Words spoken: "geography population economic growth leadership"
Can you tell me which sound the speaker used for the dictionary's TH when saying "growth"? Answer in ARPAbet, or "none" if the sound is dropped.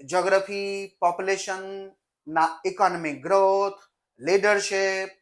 T